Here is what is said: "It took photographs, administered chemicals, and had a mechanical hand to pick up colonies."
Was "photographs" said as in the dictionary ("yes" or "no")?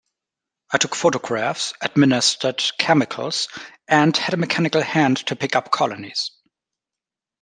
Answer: yes